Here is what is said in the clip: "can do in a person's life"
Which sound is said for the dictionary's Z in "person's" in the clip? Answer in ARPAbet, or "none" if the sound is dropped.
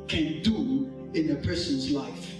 Z